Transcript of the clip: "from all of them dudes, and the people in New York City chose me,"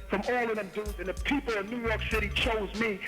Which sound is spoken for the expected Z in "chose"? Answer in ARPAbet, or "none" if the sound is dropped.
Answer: Z